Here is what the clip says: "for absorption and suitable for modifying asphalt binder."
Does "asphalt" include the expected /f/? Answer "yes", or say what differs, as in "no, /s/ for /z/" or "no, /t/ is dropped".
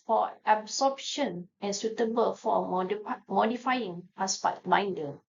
no, /p/ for /f/